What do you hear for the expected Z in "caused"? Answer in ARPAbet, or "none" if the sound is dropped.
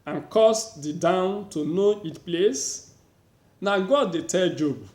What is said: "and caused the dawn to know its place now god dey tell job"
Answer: S